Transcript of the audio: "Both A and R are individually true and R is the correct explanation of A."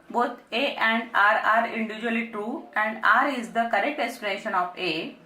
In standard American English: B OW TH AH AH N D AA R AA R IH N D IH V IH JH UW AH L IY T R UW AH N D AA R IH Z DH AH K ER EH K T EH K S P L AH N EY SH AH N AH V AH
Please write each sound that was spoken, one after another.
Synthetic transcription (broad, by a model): B OW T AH AH N D AA R AA R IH N D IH V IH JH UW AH L IY T R UW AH N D AA R IH Z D AH K ER EH K T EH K S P AH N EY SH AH N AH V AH